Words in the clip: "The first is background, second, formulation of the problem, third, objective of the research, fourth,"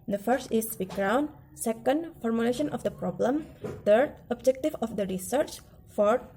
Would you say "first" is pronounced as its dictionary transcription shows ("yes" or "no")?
yes